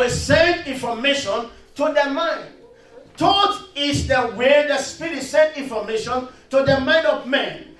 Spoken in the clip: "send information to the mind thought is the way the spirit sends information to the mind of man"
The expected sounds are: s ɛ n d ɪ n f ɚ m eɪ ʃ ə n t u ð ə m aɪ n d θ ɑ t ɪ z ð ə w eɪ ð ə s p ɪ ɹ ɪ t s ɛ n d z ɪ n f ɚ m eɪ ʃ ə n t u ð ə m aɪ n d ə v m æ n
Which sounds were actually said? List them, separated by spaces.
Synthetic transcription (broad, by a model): s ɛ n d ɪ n f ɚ m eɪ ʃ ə n t u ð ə m aɪ n d t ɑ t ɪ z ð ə w eɪ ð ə s p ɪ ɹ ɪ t s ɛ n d ɪ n f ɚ m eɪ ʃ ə n t u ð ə m aɪ n d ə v m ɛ n